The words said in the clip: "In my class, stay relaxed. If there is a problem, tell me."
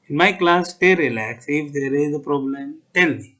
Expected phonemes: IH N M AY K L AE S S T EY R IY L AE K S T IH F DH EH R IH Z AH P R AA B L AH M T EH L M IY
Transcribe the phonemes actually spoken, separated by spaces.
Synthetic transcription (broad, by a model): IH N M AY K L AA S S T EY R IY L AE K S IH F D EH R IH Z AH P R AA B L AH M T EH L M IY